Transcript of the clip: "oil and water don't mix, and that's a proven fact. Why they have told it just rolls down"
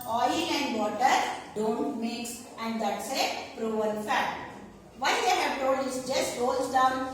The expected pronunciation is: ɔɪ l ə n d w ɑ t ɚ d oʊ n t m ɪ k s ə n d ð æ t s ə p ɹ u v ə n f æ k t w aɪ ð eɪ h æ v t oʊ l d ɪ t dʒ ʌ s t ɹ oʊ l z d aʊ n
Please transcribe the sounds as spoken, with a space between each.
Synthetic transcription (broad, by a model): ɔɪ l ə n d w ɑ t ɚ d oʊ n t m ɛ k s ə n d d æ t s ə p ɹ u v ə l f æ t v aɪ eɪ h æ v t oʊ l d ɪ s dʒ ʌ s t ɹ oʊ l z d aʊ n